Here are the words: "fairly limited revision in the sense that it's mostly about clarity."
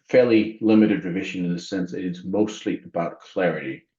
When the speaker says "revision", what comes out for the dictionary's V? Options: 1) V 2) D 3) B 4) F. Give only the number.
1